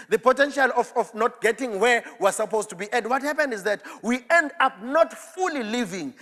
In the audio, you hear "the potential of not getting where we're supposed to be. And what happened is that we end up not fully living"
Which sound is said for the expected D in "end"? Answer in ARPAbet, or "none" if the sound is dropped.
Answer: D